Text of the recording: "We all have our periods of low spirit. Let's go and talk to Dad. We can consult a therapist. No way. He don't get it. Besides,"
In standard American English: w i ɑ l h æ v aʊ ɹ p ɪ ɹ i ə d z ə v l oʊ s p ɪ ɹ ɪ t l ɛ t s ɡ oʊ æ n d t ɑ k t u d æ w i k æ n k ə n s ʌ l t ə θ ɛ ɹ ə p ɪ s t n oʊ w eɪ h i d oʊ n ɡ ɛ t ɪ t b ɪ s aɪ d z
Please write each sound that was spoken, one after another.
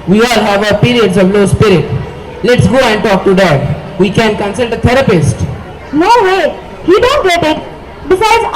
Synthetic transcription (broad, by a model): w i ɑ l h æ v aʊ ɹ p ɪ ɹ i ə d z ə v l oʊ s p ɪ ɹ ɪ t l ɛ t s ɡ oʊ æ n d t ɑ k t u d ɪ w i k æ n k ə n s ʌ l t ə t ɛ ɹ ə p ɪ s t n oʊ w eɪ h i d oʊ n ɡ ɛ t ɪ t b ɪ s aɪ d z